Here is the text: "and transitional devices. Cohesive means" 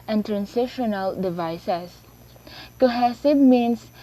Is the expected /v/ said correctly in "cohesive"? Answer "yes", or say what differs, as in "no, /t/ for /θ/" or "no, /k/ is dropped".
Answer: no, /b/ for /v/